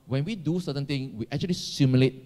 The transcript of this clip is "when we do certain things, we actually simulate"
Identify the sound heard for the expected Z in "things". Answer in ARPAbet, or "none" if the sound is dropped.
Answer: none